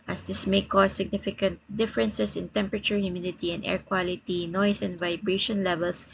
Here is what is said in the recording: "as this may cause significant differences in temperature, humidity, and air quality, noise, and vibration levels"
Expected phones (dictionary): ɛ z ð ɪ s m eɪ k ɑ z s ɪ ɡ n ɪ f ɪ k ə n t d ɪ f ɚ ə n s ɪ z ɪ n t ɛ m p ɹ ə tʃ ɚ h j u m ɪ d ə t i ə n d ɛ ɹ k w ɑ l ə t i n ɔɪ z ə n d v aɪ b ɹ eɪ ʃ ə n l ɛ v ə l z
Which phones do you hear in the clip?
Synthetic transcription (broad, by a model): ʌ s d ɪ s m eɪ k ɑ s ɪ ɡ n ɪ f ɪ k ə n t d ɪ f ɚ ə n s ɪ s ɪ n t ɛ m p ɹ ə tʃ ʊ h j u m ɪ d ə t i ə n d ɛ ɹ k w ɑ l ə t i n ɔɪ s ə n d v aɪ b ɹ eɪ ʃ ə n l ɛ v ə l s